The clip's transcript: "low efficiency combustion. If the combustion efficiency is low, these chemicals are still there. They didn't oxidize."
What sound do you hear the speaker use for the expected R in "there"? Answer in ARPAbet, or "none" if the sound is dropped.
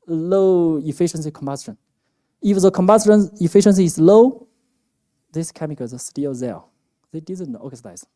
L